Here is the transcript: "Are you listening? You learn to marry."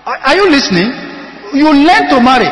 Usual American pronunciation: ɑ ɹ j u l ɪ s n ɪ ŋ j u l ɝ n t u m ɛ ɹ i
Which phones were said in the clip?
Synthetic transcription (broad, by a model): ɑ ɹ j u l ɪ s n ɪ ŋ j u l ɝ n t u m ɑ ɹ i